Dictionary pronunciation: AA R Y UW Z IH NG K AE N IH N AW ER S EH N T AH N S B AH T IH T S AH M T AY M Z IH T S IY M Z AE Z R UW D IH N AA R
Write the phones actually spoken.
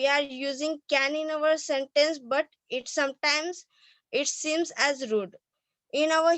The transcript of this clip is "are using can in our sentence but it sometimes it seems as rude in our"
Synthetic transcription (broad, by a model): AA R Y UW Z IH NG K AE N IH N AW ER S EH N T AH N S B AH T IH T S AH M T AY M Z IH T S IY M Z AE Z R UW D IH N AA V